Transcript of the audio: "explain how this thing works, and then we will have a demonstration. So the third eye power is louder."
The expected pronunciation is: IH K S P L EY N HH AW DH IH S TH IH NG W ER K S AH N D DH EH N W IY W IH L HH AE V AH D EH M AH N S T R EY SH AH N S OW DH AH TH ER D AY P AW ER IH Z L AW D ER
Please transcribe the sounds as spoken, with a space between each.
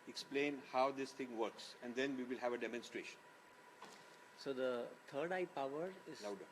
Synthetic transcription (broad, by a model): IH K S P L EY N HH AW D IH S T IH NG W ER K S AH N D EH N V IY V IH L HH AE V AH D EH M AH N S T R EY SH AH N S OW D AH T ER D AY P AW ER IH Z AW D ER